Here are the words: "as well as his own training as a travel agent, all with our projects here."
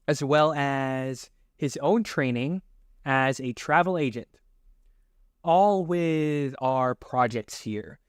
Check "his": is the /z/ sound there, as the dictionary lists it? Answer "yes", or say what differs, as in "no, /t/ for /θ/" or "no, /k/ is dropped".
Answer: yes